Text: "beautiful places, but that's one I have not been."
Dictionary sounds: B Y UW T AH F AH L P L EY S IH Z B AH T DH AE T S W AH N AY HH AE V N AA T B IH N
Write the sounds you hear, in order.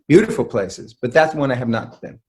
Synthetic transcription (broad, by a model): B Y UW T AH F L P L EY S IH Z B AH T DH AE T S W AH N AY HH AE V N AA T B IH N